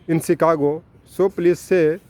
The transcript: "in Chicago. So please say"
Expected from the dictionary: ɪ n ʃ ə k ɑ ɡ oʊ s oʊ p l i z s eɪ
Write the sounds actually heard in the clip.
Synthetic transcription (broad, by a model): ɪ n s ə k ɑ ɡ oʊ s oʊ p l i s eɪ